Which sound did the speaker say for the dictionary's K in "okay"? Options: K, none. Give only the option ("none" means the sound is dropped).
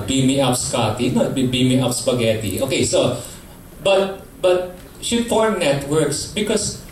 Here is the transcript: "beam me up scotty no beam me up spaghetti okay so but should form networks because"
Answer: K